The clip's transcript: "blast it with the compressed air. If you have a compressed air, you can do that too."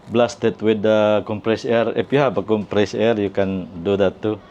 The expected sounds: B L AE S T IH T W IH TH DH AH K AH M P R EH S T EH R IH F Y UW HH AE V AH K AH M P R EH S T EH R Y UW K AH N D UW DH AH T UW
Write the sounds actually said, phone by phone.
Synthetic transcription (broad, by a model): B L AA S T IH T W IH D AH K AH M P R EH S EH R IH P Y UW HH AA P AH K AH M P R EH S EH R Y UW K AH N D UW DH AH T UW